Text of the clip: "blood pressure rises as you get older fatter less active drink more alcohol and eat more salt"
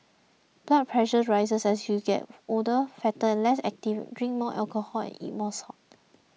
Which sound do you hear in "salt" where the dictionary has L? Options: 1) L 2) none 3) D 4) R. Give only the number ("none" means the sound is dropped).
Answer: 2